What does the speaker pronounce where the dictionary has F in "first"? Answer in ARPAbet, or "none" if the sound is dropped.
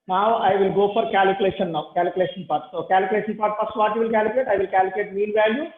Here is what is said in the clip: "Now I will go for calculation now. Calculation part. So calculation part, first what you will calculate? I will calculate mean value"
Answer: P